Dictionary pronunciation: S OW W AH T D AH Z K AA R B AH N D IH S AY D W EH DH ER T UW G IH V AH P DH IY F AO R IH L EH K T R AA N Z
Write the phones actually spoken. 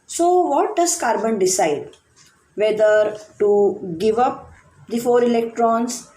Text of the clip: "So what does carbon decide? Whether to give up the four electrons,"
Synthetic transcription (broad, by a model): S OW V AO T D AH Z K AA R B AH N D IH S AY D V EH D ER T UW G IH V AH P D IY F AO R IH L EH K T R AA N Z